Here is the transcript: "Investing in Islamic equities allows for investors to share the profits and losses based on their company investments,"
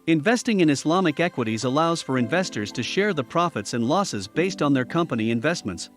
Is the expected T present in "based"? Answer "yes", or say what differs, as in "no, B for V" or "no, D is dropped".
yes